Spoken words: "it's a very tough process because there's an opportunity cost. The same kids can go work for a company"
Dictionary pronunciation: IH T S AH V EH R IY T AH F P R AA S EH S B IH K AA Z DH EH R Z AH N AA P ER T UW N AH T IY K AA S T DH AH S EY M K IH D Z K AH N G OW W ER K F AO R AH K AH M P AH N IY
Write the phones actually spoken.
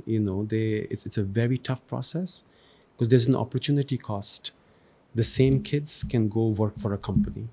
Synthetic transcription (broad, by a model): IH T S AH V EH R IY T AH F P R AA S EH S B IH K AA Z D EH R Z AH N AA P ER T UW N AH T IY K AA S T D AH S EY M K IH D Z K AH N G OW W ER K F AO R AH K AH M P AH N IY